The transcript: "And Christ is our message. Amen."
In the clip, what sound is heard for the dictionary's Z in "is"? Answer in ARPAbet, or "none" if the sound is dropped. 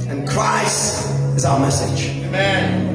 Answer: Z